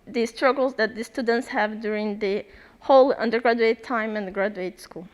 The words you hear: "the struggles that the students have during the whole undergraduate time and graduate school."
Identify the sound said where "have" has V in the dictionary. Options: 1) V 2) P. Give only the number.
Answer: 1